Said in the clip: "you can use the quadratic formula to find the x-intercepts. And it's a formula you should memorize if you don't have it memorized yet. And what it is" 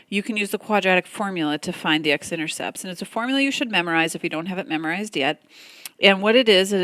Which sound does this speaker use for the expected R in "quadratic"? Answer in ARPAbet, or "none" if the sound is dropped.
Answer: R